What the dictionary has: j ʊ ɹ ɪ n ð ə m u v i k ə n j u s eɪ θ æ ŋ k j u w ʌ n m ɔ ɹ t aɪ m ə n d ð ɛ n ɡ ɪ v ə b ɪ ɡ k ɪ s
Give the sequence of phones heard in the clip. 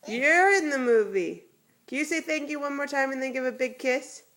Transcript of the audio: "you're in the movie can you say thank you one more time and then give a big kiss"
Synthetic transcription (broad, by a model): j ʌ ɹ ɪ n ð ə m u v i k ə n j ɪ s eɪ θ æ ŋ k j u w ʌ n m ɔ ɹ t aɪ m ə n ð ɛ n ɡ ɪ v ə b ɪ ɡ k ɪ s